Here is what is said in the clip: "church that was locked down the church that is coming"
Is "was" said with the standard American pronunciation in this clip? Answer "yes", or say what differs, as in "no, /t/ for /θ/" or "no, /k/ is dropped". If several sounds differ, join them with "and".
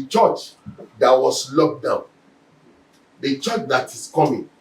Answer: no, /s/ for /z/